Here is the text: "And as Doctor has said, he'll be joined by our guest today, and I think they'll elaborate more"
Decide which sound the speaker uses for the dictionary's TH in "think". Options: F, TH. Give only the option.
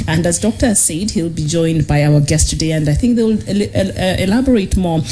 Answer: TH